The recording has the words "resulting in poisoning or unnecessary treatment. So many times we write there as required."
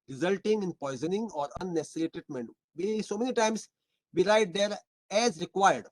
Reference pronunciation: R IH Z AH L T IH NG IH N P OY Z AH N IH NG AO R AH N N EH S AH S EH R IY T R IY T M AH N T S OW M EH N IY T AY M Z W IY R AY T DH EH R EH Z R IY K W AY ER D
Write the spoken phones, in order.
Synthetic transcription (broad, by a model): R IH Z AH L T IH NG IH N P OY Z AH N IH NG AO R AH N N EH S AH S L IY T EH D M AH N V S OW M EH N IY T AY M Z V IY R AY T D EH R EH Z R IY K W AY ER D